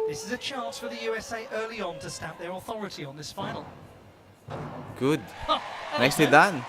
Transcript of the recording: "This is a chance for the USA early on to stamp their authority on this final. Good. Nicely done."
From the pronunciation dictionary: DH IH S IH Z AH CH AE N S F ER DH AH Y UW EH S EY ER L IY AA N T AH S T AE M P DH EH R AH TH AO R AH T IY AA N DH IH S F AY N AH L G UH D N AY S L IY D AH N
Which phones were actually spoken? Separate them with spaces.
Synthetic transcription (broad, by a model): DH IH S IH Z AH CH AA N S F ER DH AH Y UW EH S EY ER L IY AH N T AH S T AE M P DH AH R AH TH AO R AH T IY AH N DH IH S F AY N AH L G UH D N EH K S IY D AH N